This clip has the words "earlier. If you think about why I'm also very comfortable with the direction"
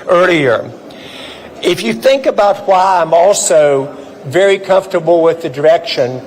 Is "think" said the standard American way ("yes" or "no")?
yes